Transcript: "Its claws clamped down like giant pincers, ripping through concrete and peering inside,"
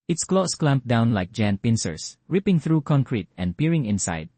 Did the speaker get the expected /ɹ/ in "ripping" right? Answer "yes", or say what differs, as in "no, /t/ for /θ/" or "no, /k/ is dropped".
yes